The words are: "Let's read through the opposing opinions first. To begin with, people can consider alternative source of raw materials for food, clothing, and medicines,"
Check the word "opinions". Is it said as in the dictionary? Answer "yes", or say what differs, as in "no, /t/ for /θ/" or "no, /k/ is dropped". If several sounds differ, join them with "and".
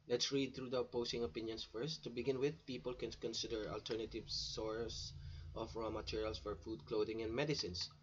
no, /s/ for /z/